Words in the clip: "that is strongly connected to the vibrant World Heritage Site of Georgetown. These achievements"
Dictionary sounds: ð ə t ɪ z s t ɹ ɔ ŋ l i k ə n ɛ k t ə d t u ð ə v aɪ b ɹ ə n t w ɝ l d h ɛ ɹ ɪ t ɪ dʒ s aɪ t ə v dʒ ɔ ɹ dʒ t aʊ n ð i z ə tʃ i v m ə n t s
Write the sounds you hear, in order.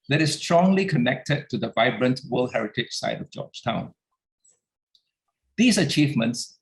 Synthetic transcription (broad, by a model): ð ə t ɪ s s t ɹ ɔ ŋ l i k ə n ɛ k t ə d t u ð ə v aɪ b ɹ ə n t w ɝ l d h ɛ ɹ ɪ t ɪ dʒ s aɪ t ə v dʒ ɔ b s t aʊ n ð i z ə tʃ i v m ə n t s